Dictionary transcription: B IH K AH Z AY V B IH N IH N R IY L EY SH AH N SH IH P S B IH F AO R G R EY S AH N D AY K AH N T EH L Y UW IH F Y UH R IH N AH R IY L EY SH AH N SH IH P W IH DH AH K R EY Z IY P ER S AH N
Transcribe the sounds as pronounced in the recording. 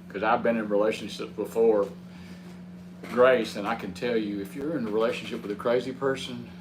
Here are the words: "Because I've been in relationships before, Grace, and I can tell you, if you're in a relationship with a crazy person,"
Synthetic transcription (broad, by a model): K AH Z AY V B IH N IH N R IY L EY SH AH N SH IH P B IH F AO R G R EY S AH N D AY K AH N T EH L Y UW IH F Y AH R IH N AH R IY L EY SH AH N SH IH P W IH DH AH K R EY Z IY P ER S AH N